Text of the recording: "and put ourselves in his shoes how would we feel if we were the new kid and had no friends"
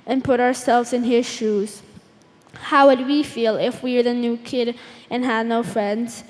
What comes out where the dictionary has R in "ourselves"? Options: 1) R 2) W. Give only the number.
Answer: 1